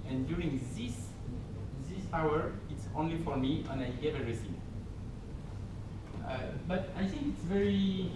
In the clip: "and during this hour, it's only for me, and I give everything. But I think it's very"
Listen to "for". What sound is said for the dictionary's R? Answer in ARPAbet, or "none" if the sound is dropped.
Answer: R